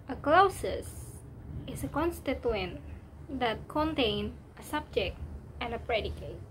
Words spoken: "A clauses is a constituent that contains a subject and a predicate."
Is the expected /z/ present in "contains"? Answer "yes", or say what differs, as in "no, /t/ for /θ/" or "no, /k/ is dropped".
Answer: no, /z/ is dropped